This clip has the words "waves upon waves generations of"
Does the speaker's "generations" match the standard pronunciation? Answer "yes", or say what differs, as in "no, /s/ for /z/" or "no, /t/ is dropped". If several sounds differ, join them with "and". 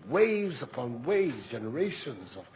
yes